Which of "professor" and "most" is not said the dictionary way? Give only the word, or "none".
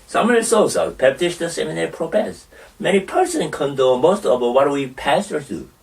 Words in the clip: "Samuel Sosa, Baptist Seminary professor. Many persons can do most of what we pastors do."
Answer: professor